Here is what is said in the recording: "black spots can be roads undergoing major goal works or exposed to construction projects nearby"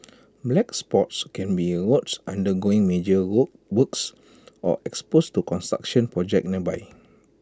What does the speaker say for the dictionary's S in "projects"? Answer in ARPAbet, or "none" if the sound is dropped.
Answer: none